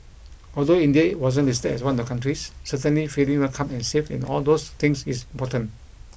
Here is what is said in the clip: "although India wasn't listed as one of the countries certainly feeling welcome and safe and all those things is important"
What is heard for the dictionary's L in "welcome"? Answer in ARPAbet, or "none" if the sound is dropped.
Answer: none